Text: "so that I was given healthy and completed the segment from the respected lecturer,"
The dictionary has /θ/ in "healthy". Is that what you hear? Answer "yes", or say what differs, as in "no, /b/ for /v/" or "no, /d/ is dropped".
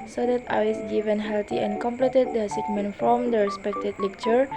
no, /t/ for /θ/